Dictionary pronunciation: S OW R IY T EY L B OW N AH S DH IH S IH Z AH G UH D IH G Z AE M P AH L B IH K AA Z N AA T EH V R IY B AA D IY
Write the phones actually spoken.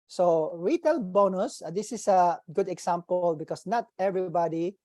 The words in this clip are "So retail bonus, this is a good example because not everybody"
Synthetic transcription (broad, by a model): S OW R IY T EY L B OW N AH S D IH S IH S AH G UH D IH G S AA M P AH L B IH K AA S N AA T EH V R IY B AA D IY